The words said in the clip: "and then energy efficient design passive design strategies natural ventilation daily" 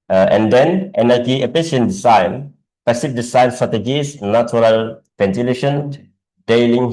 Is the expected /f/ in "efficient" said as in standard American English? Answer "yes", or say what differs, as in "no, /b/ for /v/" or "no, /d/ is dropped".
no, /p/ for /f/